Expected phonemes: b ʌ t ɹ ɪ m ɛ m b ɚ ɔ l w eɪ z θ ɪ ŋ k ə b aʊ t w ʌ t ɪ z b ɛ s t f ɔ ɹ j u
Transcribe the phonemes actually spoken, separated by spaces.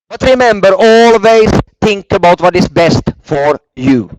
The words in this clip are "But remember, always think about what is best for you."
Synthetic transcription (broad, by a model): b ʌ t ɹ ɪ m ɛ m b ɚ ɔ l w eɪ s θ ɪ ŋ k ə b aʊ t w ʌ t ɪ s b ɛ s t f ɔ ɹ j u